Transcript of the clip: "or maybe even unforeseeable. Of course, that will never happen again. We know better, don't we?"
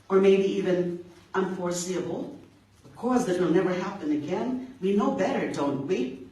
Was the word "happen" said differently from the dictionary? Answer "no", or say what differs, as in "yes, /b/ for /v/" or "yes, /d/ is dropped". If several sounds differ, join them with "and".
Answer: no